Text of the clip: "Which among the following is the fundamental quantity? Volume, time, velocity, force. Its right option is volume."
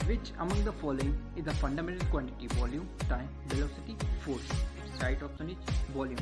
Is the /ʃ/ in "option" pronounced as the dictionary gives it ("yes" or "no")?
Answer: no